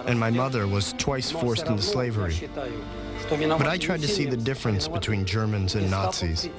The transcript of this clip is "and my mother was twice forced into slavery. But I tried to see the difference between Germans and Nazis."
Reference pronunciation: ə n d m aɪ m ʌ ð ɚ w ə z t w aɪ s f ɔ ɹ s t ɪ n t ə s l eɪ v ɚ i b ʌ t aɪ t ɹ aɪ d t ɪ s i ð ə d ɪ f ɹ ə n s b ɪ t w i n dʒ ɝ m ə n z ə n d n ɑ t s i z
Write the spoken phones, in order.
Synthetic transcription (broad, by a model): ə n m aɪ m ʌ ð ɚ w ə z t w aɪ s f ɔ ɹ s t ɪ n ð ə s l eɪ v ɚ i b ʌ t aɪ t ɹ aɪ d t ɪ s i ð ə d ɪ f ɹ ə n s b ɪ t w i n dʒ ɝ m ə n z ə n n ɑ t s i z